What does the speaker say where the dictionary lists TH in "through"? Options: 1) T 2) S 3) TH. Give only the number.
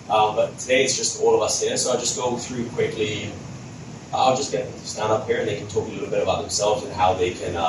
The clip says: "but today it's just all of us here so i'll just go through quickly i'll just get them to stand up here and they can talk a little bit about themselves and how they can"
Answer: 3